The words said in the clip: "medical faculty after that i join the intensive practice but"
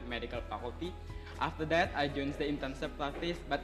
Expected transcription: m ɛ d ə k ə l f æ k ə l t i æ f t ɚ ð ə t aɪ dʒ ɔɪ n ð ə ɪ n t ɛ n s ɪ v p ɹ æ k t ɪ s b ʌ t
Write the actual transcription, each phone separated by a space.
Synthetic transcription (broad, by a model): m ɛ d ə k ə l p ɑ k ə t i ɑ f t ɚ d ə t aɪ dʒ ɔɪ n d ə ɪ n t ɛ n s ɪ p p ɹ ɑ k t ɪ s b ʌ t